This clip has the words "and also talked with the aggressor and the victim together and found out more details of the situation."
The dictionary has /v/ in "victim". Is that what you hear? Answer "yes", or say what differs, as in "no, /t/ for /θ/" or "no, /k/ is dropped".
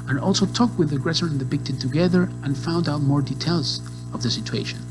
no, /b/ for /v/